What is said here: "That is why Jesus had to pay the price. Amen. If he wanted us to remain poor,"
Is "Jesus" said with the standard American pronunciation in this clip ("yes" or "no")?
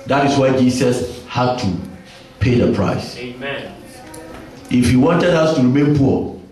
no